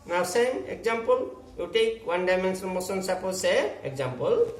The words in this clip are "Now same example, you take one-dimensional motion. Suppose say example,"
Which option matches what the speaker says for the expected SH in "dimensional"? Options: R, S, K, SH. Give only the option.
S